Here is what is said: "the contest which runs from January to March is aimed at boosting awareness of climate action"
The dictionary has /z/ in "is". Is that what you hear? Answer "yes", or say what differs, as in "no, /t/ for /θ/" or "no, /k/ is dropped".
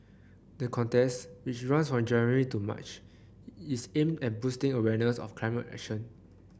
no, /s/ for /z/